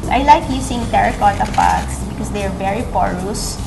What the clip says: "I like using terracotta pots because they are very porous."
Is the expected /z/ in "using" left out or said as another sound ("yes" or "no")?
yes